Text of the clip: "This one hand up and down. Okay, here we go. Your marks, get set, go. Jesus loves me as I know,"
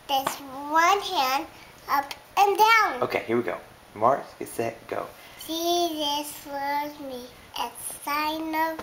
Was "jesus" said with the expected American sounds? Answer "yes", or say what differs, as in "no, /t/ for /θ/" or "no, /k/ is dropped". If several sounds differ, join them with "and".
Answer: no, /ʃ/ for /dʒ/